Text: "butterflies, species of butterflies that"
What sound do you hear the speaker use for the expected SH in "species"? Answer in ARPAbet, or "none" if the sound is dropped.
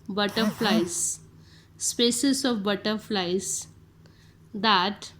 S